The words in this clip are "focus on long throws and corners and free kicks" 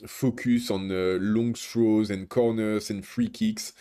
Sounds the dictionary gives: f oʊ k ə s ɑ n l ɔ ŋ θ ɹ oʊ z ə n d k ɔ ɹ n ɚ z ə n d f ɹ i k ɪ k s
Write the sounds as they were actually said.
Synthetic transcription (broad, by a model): f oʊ k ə s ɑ n l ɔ ŋ t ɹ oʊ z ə n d k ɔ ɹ n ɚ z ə n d f ɹ i k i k s